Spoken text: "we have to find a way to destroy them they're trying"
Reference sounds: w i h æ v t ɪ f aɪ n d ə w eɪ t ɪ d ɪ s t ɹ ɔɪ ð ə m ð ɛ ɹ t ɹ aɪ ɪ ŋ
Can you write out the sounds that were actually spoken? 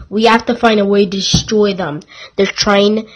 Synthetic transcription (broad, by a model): w i h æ f t ɪ f aɪ n d ə w eɪ ɪ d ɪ s t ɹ ɔɪ ð ə m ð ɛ ɹ t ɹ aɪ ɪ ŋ